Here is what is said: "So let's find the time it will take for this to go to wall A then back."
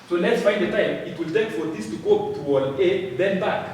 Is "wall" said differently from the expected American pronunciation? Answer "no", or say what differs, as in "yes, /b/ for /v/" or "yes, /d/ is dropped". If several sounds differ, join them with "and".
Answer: yes, /n/ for /l/